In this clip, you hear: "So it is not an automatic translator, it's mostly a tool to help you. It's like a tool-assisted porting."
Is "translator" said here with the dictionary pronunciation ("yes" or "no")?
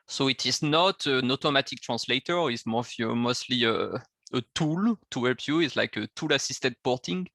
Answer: no